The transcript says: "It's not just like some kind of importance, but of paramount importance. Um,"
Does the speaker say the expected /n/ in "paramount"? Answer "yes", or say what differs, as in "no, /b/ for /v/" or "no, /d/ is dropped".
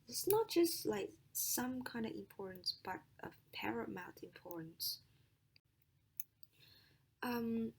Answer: no, /n/ is dropped